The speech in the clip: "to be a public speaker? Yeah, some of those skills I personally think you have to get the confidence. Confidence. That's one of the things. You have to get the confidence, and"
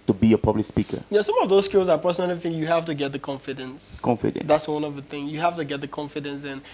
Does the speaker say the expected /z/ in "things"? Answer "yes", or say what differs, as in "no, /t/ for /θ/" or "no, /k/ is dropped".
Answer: no, /z/ is dropped